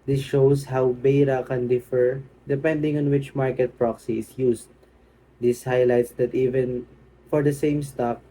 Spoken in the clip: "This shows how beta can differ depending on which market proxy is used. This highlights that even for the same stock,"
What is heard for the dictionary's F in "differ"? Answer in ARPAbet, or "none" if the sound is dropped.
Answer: F